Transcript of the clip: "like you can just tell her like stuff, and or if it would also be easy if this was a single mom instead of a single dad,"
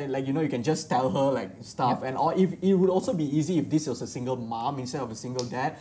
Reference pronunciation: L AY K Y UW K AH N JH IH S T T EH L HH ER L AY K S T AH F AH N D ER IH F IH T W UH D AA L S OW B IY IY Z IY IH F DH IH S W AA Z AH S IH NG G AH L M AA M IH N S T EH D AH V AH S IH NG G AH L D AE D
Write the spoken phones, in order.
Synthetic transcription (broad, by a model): L AY K Y UW K AH N JH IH S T T EH L HH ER L AY K S T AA F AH N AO IH F IH T W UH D AA L S OW B IY IY Z IY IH F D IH S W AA S AH S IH NG G AH L M AA M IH N S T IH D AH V AH S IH NG G AH L D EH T